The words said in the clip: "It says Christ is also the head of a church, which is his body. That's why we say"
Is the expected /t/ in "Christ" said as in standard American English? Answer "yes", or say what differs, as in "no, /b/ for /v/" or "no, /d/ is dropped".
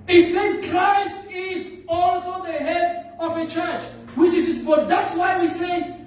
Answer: yes